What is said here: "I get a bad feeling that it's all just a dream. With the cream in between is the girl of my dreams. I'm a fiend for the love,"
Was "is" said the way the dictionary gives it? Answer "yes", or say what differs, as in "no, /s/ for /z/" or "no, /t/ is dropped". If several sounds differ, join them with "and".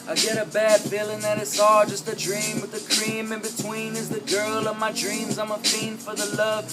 yes